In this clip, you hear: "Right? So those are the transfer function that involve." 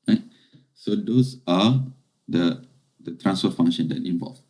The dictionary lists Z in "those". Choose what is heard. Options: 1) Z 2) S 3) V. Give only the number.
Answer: 2